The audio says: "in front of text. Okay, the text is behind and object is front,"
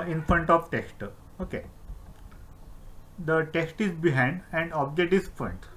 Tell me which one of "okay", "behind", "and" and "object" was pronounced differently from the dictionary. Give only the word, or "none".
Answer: object